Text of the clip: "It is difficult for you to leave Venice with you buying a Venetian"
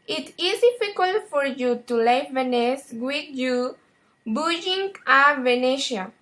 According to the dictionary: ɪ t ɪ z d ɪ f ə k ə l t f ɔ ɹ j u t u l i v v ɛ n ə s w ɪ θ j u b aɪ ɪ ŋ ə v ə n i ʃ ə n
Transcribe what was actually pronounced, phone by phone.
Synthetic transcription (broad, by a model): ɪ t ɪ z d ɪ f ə k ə l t f ɔ ɹ j u t u l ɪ f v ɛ n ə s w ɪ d j u b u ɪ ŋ ə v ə n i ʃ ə